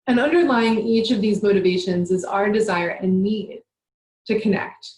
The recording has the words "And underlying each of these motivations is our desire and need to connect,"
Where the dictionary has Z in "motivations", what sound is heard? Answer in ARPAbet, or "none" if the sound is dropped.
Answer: Z